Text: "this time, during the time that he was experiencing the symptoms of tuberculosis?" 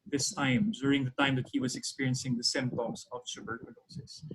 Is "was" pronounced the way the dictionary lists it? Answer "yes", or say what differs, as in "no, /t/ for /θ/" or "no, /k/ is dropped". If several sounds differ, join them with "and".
yes